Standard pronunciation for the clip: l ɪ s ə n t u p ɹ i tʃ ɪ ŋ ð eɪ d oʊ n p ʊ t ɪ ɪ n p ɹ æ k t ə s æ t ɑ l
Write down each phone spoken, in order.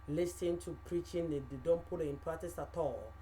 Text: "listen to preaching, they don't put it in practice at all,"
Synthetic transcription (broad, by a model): l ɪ s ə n t u p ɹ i tʃ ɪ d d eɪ d oʊ n p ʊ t ɪ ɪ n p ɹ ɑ t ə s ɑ t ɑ l